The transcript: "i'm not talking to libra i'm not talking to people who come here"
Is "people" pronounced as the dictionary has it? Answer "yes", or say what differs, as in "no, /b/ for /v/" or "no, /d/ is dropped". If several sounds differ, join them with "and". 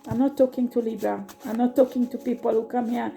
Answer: yes